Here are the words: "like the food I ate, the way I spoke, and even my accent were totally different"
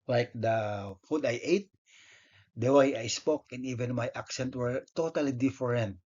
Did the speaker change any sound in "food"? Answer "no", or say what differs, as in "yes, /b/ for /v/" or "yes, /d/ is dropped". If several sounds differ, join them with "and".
no